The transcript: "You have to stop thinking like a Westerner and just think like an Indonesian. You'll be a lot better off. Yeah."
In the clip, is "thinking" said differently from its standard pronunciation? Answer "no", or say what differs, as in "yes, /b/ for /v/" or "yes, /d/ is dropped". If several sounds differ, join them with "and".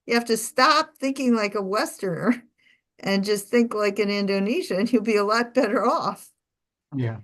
no